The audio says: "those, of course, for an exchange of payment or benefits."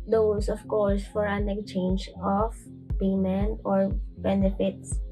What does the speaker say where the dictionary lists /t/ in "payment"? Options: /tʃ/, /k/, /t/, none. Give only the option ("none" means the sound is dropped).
none